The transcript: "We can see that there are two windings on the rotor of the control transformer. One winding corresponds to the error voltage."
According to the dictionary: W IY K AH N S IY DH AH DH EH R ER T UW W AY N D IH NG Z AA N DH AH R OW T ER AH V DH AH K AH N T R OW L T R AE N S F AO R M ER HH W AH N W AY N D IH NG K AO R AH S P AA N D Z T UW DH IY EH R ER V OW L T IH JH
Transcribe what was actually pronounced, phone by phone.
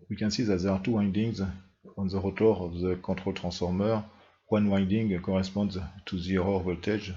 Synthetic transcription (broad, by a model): W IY K AH N S IY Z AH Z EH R T UW W AY N D IH NG Z AA N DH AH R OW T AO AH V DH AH K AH T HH OW L T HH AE S F AO R M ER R W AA N W AY N D IH NG K AO R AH S P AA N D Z T UW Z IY R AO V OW L T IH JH